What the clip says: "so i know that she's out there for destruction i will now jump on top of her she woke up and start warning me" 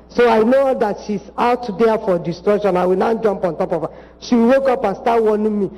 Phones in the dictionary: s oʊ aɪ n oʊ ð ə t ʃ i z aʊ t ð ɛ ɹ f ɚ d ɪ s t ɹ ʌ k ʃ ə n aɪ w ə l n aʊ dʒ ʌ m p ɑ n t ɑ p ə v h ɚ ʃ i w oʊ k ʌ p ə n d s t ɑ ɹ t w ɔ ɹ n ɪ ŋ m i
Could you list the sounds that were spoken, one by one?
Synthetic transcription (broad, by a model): s oʊ aɪ n oʊ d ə t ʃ i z aʊ t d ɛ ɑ f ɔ d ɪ s t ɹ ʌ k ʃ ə n aɪ w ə n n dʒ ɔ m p ɑ n t ɑ p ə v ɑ ʃ i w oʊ k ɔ p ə n s t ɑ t w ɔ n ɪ m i